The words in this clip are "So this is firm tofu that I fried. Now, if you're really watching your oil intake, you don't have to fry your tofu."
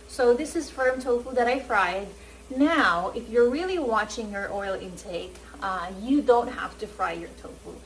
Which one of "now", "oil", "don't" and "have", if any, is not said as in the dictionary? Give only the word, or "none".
have